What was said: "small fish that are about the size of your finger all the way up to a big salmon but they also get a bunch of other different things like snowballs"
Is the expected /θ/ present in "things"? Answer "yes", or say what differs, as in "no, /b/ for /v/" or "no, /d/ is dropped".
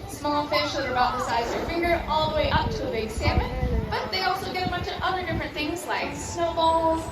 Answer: yes